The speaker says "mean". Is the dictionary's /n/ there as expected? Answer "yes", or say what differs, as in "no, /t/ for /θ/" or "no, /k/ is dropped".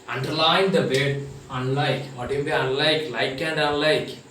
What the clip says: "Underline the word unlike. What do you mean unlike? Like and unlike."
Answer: no, /n/ is dropped